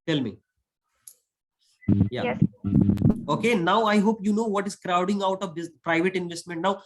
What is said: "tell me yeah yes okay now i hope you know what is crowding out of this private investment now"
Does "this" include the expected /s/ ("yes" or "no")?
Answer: no